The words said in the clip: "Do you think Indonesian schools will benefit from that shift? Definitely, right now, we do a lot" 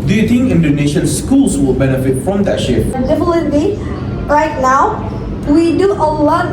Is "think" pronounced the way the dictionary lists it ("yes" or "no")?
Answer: no